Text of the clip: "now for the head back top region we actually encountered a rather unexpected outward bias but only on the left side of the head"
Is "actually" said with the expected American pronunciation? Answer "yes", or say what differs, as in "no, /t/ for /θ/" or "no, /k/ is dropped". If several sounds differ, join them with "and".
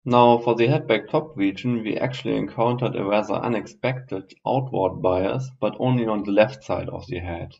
yes